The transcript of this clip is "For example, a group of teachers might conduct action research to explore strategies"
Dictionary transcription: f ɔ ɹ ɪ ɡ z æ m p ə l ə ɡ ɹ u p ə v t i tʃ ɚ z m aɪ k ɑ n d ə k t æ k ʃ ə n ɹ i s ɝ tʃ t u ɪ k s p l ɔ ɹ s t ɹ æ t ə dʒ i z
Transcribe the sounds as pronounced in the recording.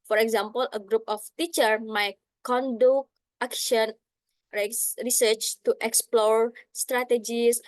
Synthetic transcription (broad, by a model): f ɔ ɹ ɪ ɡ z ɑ m p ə l ə ɡ ɹ u p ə f t i tʃ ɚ m aɪ k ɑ n d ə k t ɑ k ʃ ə n ɹ i s ɝ tʃ t u ɪ k s p l ɔ ɹ s t ɹ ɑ t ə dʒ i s